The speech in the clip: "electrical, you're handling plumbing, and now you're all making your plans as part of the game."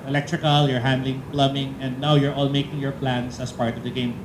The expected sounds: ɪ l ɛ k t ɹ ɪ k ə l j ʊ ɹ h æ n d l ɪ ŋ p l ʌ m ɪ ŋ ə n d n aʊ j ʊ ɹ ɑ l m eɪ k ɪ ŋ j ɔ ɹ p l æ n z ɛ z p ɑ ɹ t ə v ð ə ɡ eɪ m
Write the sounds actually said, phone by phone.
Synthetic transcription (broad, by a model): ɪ l ɛ k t ɹ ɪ k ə l j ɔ ɹ h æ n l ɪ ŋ p l ʌ m ɪ ŋ ə n d n aʊ j ʊ ɹ ɑ l m eɪ k ɪ ŋ j ɔ ɹ p l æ n s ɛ s p ɑ ɹ t ə v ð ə ɡ eɪ m